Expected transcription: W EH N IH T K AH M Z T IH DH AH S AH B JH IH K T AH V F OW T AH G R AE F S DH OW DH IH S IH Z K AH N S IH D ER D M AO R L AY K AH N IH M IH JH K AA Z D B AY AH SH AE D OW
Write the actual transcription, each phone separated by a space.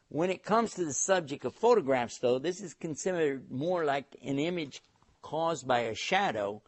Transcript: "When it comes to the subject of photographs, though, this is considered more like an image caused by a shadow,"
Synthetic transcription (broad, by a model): W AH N IH T K AH M Z T IH DH AH S AH B JH IH K T AH V F OW T AH G R AE F S DH OW DH IH S IH Z K N S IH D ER D M AO R L AY K AH N IH M IH JH K AA Z B AY AH SH AE D OW